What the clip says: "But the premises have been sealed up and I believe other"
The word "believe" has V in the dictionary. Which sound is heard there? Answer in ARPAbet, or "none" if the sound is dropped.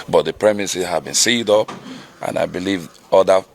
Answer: V